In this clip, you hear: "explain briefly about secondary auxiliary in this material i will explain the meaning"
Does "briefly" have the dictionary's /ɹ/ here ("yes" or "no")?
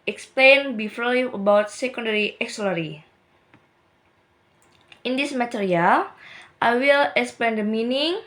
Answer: no